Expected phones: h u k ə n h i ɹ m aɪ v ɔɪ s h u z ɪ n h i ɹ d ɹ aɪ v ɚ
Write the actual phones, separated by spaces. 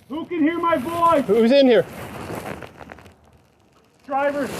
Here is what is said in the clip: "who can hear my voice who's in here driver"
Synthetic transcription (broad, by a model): h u k ə n h i ɹ m aɪ b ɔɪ h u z ɪ n h i ɹ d ɹ aɪ v ɚ